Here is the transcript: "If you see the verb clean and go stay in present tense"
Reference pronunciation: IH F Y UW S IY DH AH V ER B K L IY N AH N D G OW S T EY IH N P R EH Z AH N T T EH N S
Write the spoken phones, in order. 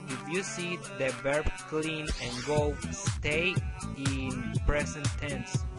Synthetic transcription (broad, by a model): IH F Y UW S IY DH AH B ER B K L IY N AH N G OW S T EY IH N P R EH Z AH N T T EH N S